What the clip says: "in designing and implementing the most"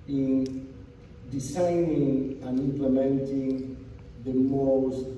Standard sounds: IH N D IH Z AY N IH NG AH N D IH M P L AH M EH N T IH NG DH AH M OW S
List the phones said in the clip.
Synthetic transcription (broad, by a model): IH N D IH S AY N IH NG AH N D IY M P L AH M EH N T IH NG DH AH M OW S